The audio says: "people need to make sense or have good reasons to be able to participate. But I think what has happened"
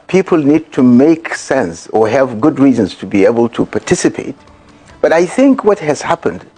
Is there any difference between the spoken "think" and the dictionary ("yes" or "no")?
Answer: no